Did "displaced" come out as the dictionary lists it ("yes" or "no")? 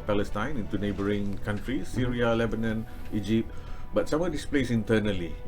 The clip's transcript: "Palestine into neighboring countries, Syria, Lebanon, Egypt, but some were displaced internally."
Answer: no